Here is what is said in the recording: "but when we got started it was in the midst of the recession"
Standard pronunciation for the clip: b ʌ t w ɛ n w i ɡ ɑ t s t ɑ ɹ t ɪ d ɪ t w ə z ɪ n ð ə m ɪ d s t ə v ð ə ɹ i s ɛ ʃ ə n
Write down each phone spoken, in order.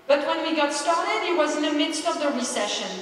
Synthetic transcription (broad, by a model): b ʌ t w ɛ n w i ɡ ɑ t s t ɑ ɹ t ɪ d ɪ t w ə z ɪ n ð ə m ɪ d s t ə v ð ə ɹ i s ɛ ʃ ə n